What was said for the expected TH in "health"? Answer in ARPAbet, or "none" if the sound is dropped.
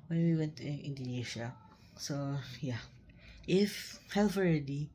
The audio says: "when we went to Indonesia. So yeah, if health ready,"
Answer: F